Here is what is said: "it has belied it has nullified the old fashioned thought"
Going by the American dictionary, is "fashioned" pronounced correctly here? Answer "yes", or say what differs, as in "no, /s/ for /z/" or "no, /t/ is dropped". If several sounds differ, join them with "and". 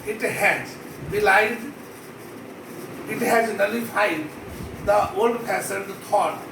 no, /s/ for /ʃ/